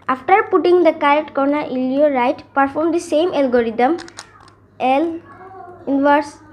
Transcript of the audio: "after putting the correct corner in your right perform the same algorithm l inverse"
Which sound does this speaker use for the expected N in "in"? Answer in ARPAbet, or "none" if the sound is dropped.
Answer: L